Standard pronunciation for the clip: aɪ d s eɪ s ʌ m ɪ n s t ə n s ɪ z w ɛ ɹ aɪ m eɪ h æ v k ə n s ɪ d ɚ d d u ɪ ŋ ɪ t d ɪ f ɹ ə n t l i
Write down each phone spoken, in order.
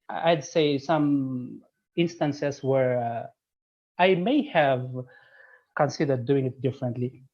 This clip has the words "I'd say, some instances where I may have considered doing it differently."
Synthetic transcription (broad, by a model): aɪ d s eɪ s ʌ m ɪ n s t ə n s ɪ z w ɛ ɹ aɪ m eɪ h æ v k ə n s ɪ d ɚ d d u ɪ ŋ ɪ t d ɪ f ɹ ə n t l i